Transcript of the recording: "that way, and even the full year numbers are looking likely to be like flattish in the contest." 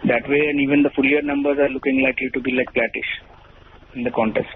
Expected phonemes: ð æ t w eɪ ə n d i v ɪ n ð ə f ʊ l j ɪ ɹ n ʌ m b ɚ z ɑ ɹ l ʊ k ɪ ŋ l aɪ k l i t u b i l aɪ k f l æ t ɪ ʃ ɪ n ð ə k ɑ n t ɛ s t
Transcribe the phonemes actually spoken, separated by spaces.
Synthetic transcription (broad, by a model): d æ t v eɪ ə n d i v ɪ n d ə f ʊ l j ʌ ɹ n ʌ m b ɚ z ɑ ɹ l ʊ k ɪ ŋ l aɪ k l i t u b i l aɪ k p l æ t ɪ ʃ ɪ n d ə k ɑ n t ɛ s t